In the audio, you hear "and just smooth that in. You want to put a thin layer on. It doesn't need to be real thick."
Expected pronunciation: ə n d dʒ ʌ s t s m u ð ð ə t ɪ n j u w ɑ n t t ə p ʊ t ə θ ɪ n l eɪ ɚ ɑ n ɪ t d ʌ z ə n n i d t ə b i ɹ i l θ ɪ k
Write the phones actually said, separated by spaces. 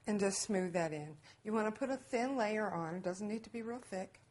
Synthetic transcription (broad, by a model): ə n dʒ ʌ s t s m u ð ð ə t ɪ n j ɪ w ɑ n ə p ʊ t ə θ ɪ n l eɪ ɚ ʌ n ɪ t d ʌ z n n i d t ə b i ɹ i l θ ɪ k